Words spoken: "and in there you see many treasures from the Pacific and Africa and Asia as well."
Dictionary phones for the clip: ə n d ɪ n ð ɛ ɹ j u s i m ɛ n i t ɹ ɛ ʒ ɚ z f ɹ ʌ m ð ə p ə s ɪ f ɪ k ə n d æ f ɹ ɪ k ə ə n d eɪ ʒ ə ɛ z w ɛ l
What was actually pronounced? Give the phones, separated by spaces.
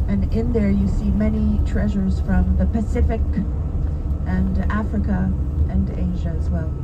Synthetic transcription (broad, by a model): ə n ɪ n ð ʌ ɹ j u s i m ɛ n i t ɹ ɛ ʒ ɚ z f ɹ ʌ m ð ə p ə s ɪ f ɪ k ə n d æ f ɹ ɪ k ə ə n eɪ ʒ ə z w ɛ l